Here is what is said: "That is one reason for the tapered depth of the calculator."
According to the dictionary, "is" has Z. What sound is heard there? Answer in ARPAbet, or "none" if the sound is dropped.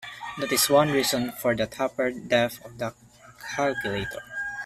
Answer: S